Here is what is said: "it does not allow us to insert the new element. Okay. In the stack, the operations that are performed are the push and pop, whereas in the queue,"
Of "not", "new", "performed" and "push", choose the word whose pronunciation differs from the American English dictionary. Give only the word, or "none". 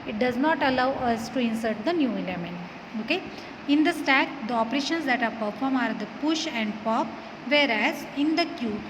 performed